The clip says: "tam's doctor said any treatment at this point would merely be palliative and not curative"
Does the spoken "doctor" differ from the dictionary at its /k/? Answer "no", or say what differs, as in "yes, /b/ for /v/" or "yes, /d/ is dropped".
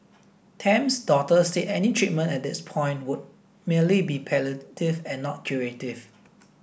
yes, /k/ is dropped